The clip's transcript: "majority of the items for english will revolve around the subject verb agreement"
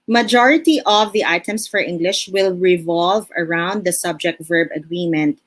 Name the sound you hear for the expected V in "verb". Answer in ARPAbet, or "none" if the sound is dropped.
V